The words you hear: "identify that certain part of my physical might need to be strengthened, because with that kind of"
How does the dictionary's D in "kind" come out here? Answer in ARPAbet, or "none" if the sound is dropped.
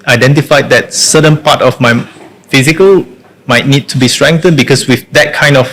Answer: D